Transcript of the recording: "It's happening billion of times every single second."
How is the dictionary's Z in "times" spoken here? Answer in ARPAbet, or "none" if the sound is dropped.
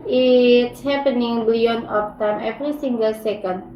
none